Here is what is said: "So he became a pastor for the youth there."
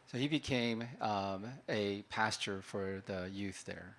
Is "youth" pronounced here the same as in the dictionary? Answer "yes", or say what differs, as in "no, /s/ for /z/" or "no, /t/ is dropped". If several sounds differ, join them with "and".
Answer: yes